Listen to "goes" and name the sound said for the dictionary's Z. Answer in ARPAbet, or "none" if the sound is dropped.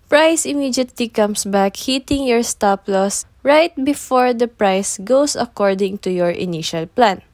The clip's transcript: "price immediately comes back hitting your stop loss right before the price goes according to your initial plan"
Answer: S